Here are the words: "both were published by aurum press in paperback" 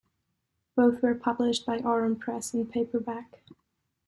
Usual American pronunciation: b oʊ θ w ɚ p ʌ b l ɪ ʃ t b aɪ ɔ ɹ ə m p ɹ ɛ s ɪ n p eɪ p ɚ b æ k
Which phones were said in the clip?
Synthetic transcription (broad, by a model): b oʊ θ w ɚ p ʌ b l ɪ ʃ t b aɪ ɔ ɹ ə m p ɹ ɛ s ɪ n p eɪ p ɚ b æ k